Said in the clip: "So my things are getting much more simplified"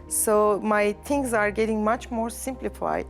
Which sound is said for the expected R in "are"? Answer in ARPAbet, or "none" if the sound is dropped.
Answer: R